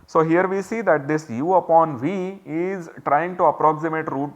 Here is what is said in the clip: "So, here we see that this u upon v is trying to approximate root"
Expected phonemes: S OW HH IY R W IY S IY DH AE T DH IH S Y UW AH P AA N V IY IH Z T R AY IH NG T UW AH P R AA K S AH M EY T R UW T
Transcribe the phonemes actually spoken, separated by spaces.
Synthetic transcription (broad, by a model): S OW HH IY R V IY S IY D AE T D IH S Y UW AH P AA N V IY IH Z T R AY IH NG T UW AH P R AA K S AH M EY T R UW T